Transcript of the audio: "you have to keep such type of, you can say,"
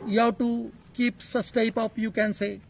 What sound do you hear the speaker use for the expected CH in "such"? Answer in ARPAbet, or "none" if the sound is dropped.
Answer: S